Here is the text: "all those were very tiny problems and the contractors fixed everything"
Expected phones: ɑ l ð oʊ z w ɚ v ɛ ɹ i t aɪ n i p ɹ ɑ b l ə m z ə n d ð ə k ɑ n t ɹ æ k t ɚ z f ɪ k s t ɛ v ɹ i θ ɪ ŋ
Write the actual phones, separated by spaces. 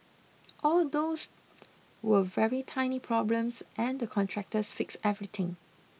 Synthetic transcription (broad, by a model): ɑ l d oʊ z w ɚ v ɛ ɹ i t aɪ n i p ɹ ɑ b l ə m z ə n d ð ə k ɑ n t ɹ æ k t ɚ s f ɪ k s ɛ v ɹ i t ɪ ŋ